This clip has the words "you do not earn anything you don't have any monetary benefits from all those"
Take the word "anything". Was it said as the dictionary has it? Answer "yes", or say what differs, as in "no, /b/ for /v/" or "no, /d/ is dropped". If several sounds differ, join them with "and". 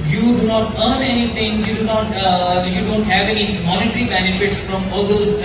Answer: no, /t/ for /θ/